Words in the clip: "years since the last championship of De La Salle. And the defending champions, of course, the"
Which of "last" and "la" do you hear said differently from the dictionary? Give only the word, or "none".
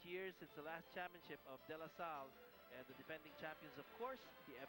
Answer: none